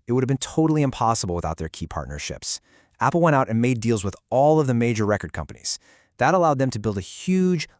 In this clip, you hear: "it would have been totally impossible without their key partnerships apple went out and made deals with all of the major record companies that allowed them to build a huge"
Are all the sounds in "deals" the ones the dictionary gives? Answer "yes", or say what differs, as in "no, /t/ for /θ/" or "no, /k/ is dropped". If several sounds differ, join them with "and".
yes